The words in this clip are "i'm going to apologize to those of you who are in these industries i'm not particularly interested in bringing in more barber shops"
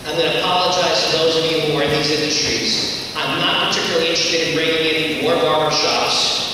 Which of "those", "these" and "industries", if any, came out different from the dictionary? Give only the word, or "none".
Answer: none